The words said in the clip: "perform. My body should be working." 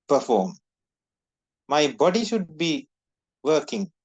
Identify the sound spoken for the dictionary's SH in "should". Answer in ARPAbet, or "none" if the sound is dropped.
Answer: SH